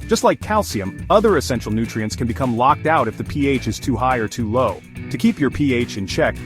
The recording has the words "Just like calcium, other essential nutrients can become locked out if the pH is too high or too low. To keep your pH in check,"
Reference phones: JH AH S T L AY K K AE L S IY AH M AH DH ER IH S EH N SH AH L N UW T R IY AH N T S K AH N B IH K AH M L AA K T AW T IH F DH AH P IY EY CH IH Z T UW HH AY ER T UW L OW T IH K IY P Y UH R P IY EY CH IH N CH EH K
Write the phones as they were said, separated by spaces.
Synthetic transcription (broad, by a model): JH AH S T L AY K K AE L S IY AH M AH DH ER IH S EH N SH L N UW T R IY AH N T S K AH N B IH K AH M L AA K T AW T IH F DH AH P IY EY CH IH Z T UW HH AY ER T UW L OW T IH K IY P Y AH R P IY EY CH IH N CH EH K